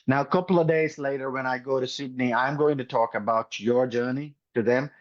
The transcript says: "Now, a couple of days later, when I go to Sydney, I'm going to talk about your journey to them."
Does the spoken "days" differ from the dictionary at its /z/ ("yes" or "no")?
no